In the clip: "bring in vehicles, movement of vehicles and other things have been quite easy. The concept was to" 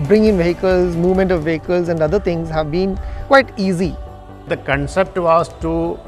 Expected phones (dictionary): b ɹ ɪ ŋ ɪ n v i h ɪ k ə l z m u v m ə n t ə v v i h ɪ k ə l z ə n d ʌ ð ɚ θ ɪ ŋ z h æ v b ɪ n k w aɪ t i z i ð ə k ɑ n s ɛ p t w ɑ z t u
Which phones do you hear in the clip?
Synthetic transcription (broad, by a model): b ɹ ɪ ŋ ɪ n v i h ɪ k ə l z m u v m ə n t ə v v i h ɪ k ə l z ə n d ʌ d ɚ t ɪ ŋ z h æ v b ɪ n k w aɪ t i z i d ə k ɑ n s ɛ p t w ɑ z t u